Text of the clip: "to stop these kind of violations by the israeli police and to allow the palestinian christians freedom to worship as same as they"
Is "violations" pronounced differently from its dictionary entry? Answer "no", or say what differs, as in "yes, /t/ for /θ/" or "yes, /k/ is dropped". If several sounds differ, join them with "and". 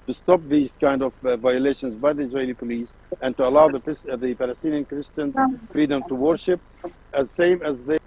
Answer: no